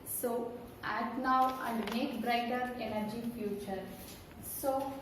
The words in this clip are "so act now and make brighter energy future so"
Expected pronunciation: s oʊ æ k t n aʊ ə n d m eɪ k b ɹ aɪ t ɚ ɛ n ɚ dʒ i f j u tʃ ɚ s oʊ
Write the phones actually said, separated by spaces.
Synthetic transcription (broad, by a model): s oʊ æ t n aʊ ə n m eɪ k b ɹ aɪ t ɚ ɛ n ɚ dʒ i f j u tʃ ɚ s oʊ